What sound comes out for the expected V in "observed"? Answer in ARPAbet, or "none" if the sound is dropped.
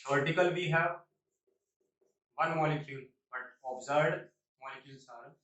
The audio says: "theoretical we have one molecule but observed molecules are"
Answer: none